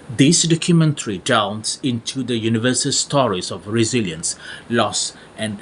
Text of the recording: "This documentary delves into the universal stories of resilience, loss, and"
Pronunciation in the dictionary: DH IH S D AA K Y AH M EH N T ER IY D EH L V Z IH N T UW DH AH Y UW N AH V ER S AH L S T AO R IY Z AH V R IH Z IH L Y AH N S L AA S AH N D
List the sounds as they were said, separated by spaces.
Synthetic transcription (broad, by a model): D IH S D AA K Y AH M EH N T ER IY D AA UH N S IH N T UW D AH Y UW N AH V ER S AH L S T AO R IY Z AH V R IH Z IH L Y AH N S L AA S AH N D